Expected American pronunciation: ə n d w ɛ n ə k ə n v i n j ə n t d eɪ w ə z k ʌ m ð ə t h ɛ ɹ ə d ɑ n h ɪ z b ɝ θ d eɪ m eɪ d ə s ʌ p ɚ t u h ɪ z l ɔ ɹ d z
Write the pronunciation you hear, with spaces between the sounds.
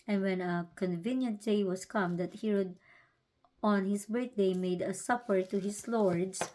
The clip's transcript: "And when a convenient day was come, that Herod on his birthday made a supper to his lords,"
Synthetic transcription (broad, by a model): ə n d w ɛ n ə k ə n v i n j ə n t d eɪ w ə s k ʌ m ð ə t h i ɹ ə d ɑ n h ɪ s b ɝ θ d eɪ m eɪ d ə s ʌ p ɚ t u h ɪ s l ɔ ɹ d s